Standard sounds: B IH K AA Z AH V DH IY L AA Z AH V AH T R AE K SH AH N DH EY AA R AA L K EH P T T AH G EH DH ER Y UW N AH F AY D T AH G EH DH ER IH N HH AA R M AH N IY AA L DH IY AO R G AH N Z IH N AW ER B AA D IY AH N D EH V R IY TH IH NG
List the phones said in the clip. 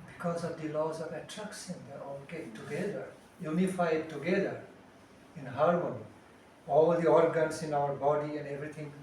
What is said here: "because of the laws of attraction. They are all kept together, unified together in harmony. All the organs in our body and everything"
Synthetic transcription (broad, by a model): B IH K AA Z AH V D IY L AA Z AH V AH T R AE K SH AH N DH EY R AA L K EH T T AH G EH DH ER Y UW N AH F AY D T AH G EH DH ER IH N HH AA R M AH N IY AA L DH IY AO R G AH N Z IH N AW ER B AA D IY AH N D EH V R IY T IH NG